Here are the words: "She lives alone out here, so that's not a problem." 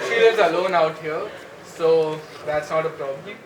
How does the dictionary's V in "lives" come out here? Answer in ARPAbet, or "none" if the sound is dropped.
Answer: none